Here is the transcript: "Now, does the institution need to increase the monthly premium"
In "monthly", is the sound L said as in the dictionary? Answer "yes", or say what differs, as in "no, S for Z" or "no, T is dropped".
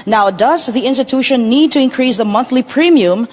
yes